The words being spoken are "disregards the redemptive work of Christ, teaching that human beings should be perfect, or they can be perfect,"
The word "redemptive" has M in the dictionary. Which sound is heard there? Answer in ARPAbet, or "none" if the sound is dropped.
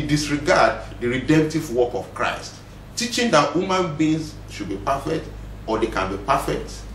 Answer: M